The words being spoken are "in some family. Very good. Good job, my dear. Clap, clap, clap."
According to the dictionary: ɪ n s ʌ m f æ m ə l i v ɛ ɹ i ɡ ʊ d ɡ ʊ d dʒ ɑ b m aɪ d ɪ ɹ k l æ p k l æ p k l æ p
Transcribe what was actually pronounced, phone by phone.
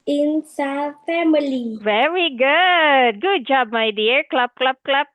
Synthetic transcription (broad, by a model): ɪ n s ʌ f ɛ m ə l i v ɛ ɹ i ɡ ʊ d ɡ ʊ d dʒ ɑ b m aɪ d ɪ ɹ k l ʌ b k l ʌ b k l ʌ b